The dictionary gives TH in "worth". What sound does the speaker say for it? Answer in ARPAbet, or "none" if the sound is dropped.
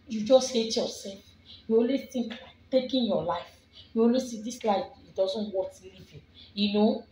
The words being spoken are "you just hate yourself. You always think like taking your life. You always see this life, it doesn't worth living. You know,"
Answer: S